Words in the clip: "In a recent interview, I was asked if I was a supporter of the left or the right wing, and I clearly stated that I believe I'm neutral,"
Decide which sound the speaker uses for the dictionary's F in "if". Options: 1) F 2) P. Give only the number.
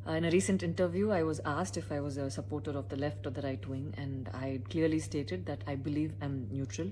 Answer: 1